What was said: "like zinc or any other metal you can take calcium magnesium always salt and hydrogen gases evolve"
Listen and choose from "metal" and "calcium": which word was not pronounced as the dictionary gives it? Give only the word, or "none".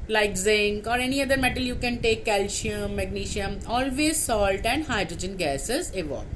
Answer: calcium